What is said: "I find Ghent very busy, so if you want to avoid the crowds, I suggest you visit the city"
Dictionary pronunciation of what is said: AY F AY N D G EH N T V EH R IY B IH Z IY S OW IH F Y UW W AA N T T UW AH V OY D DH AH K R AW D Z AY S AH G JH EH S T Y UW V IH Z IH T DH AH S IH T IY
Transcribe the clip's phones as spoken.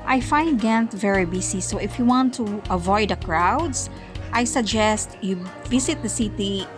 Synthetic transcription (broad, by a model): AY F AY N D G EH N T V EH R IY B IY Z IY S OW IH F Y UW W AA N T T UW AH V OY D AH K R AW D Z AY S AH G JH EH S T Y UW V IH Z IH T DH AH S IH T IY